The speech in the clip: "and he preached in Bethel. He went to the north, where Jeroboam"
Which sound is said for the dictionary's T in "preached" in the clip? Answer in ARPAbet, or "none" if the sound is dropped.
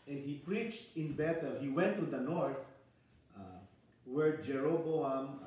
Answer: T